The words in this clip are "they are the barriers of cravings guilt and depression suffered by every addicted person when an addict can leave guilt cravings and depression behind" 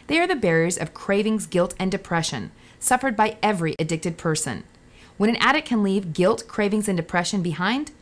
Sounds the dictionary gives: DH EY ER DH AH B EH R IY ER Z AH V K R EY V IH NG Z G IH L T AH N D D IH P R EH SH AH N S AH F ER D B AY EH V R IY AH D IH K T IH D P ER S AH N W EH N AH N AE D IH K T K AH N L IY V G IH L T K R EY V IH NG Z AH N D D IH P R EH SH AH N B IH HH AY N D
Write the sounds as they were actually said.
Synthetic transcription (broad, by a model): DH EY ER DH AH B EH R IY ER Z AH V K R EY V IH NG Z G IH L T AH N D D IH P R EH SH AH N S AH F ER D B AY EH V R IY AH D IH K T IH D P ER S AH N W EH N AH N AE D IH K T K AH N L IY V G IH L T K R EY V IH NG Z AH N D D IH P R EH SH AH N B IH HH AY N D